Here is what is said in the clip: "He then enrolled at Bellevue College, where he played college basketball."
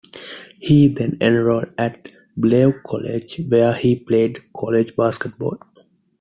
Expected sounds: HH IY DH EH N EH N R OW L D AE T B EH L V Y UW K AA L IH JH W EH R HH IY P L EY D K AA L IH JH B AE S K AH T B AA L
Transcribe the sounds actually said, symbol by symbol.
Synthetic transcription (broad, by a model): HH IY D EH N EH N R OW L AE T B L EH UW K AA L IH JH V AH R HH IY P L EY D K AA L IH JH B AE S K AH T B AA L